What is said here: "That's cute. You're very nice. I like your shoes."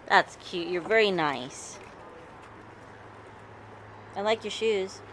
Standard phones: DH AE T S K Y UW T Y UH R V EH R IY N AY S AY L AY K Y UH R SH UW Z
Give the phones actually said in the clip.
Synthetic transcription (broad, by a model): DH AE T S K Y UW T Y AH R V EH R IY N AY S AY L AY K Y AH R SH UW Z